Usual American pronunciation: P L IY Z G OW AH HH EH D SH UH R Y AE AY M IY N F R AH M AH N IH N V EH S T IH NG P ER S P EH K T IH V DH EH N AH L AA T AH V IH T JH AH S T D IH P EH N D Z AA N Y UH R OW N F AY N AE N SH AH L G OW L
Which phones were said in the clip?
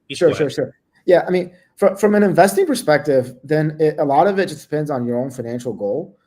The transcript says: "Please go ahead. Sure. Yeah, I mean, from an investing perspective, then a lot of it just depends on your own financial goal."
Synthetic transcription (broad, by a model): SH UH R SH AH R SH UH R Y AE AY M IY N F R AH M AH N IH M V EH S T IH NG P ER S P EH K T IH V DH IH N AH L AA T AH V IH T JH AH S D IH P EH N D Z N Y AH R OW N F AY N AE N SH L G OW L